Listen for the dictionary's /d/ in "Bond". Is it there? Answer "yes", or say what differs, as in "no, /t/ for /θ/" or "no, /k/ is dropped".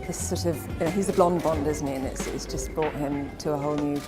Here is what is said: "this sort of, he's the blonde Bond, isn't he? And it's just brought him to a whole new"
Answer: yes